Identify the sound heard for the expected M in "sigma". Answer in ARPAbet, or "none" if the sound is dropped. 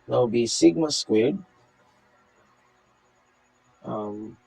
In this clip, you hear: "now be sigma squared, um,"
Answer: M